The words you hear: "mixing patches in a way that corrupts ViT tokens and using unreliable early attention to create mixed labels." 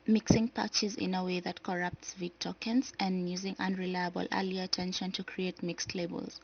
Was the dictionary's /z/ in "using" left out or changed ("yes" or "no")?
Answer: no